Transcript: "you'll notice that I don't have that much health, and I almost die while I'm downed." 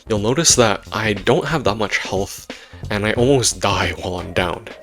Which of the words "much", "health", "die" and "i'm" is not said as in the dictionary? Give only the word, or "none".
none